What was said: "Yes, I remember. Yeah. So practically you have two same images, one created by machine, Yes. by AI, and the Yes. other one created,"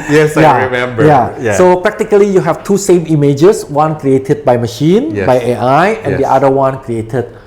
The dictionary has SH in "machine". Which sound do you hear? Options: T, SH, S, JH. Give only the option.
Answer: SH